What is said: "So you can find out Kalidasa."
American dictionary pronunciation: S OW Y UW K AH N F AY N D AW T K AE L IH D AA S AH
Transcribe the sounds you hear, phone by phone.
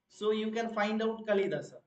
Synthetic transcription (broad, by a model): S OW Y UW K AH N F AY N D AW T K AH L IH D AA S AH